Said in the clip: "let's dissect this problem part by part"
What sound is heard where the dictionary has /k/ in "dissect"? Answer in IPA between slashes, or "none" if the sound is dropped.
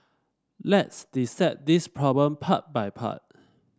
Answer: none